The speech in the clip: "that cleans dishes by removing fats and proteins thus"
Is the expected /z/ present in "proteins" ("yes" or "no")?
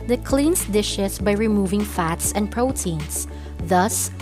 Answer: no